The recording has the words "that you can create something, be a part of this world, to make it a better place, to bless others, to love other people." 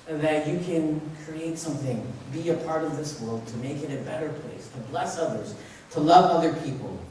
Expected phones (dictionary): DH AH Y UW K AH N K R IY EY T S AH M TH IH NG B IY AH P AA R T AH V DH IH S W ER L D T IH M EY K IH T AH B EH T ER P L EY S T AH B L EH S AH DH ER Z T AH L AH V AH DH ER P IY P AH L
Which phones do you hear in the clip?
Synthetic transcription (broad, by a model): DH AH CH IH K AH N K R IY EY T S AH M TH IH NG B IY AH P AA R T AH V DH IH S W ER L D T IH M EY K IH T AH B EH T ER P L EY S T AH B L EH S AH DH ER Z T AH L AH V AH DH ER P IY P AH L